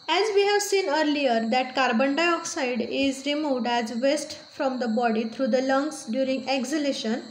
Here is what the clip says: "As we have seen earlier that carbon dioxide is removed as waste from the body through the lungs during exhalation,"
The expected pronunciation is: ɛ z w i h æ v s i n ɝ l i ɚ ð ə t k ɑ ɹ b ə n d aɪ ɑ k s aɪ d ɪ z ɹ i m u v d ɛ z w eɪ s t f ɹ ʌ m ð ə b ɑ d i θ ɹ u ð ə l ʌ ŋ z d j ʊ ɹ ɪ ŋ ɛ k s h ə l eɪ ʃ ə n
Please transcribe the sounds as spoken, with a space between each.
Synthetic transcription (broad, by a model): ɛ z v i h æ v s i n ɝ l i ɚ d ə t k ɑ ɹ b ə n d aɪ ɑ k s aɪ d ɪ z ɹ i m u v d ɛ z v eɪ s t f ɹ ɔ m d ə b ɑ d i t ɹ u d ə l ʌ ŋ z d j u ɹ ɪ ŋ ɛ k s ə l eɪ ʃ ə n